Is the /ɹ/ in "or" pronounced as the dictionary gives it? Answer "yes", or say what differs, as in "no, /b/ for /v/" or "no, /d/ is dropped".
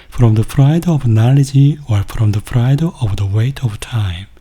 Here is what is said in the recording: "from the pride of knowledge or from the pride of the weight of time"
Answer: no, /w/ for /ɹ/